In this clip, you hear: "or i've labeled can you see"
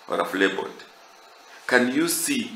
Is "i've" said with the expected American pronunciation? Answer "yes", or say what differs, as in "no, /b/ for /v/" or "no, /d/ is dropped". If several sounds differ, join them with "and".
no, /f/ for /v/